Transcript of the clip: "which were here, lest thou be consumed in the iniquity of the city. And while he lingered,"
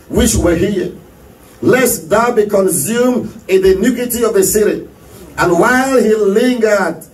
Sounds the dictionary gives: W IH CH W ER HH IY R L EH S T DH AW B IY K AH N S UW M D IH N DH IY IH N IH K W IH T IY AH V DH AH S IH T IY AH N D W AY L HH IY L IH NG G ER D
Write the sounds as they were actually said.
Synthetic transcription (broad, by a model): W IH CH W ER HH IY L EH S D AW B IY K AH N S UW M IH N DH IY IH N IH K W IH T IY AH V DH AH S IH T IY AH N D W AY L HH IY L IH NG G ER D